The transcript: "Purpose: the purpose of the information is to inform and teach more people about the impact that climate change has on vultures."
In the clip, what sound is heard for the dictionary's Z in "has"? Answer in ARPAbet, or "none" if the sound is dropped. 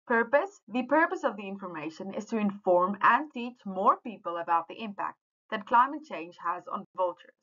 Z